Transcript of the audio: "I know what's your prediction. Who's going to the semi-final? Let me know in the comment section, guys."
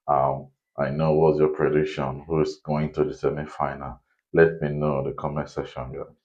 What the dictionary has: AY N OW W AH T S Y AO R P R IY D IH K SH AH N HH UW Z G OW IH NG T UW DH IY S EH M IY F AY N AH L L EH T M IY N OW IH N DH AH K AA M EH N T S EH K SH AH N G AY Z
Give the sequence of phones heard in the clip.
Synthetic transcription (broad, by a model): AY N OW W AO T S Y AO P R IY D IH K SH AH N HH UW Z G OW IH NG T UW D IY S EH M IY F AY N AH L L EH T M IY N OW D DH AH K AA M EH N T S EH SH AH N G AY